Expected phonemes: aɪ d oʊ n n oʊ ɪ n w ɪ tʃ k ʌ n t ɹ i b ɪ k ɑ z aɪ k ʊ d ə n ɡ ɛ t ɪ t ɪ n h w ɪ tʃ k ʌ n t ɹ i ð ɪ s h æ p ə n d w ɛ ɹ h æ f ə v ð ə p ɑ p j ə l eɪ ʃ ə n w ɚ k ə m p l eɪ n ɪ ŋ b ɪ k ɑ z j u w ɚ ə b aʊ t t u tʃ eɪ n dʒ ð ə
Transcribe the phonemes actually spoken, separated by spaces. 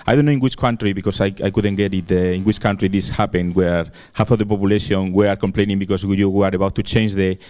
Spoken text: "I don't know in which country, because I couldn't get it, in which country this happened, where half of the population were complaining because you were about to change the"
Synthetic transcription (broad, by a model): aɪ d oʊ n n oʊ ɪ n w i tʃ k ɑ n t ɹ i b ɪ k ɑ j aɪ k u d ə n ɡ ɛ t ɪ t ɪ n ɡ w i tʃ k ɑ n t ɹ i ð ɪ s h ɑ p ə n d w ɛ ɹ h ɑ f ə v ð ə p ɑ p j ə l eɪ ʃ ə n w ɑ k ə m p l eɪ n ɪ ŋ b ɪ k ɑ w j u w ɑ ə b aʊ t t u tʃ eɪ n dʒ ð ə